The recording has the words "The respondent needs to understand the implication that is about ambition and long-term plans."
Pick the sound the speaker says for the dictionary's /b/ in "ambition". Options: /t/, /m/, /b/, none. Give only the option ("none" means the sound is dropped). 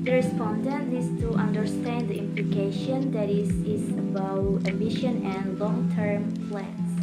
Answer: none